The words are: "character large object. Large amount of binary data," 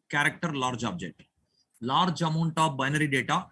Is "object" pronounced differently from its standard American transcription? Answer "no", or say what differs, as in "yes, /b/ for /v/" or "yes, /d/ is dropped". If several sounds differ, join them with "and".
yes, /k/ is dropped